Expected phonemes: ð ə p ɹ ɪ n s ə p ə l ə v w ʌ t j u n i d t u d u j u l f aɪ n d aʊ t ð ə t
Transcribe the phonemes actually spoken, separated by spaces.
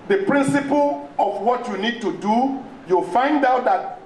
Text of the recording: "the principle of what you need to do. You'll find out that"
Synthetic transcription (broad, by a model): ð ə p ɹ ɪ n s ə p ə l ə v w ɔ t j u n i d t u d u j u l f aɪ n d aʊ t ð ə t